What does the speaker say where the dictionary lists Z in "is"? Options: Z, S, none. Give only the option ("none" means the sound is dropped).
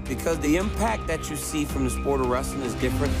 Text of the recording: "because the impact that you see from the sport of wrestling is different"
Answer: Z